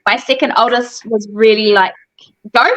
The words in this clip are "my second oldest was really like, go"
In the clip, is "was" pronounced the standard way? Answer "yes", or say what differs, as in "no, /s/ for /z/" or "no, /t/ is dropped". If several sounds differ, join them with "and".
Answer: yes